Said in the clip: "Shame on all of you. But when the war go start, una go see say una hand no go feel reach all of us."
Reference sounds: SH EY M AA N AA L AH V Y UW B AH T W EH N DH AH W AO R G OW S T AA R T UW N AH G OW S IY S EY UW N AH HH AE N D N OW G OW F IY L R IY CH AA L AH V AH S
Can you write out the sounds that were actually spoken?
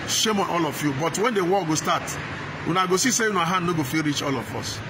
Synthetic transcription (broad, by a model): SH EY M AA N AA L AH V Y UW B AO T W EH N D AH W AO L G OW S T AA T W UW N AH G OW S IY S EY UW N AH HH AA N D N OW G OW F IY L R IY CH AA L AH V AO S